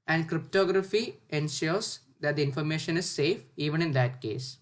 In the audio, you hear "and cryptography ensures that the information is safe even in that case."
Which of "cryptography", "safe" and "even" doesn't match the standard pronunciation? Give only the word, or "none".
none